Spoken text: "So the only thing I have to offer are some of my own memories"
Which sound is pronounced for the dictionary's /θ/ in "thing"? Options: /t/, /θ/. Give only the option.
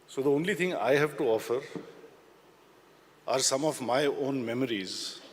/t/